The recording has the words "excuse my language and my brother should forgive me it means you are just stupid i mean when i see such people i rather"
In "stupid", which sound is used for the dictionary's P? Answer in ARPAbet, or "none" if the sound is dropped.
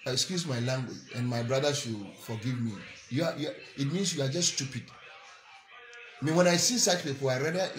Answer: P